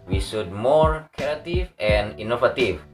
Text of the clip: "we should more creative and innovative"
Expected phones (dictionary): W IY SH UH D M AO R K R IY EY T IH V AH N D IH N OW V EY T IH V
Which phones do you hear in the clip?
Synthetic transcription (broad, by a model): W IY S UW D M AO R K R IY T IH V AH N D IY N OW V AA T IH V